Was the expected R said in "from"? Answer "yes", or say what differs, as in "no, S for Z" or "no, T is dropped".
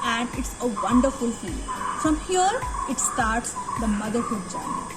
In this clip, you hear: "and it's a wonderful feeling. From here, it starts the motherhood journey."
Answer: yes